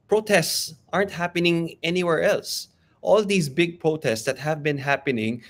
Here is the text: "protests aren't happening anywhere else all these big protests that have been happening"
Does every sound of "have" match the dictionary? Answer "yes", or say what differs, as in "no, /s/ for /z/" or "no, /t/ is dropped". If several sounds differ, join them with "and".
yes